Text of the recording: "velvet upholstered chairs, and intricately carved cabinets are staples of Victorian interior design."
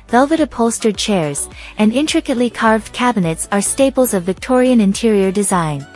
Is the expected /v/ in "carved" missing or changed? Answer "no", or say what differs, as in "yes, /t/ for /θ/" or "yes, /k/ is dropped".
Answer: no